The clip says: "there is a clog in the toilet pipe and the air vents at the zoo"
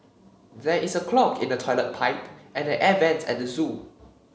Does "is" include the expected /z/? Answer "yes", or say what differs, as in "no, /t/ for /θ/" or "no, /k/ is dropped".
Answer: no, /s/ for /z/